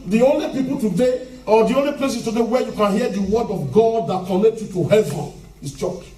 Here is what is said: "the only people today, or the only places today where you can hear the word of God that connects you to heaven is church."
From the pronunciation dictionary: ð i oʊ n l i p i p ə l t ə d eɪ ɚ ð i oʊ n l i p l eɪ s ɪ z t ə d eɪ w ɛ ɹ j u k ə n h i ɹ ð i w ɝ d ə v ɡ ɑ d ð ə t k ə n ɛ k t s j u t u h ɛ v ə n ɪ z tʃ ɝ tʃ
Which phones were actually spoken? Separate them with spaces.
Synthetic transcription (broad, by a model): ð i oʊ n l i p i p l t ə d eɪ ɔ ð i oʊ n l i p l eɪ s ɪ s t ə d eɪ w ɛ j u k ə n h i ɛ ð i w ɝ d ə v ɡ ɑ d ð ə t k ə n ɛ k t j u t u h ɛ v ə n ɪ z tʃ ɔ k